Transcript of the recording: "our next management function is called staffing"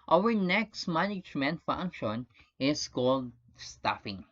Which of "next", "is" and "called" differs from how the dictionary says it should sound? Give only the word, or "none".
is